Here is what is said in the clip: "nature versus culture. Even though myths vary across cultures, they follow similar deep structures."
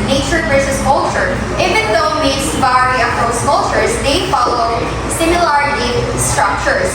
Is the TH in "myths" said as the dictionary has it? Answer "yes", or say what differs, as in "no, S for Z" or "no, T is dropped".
no, T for TH